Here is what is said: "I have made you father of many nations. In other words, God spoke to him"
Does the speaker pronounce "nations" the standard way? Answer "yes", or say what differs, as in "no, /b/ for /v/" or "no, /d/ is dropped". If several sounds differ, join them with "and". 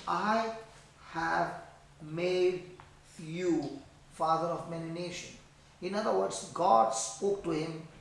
no, /z/ is dropped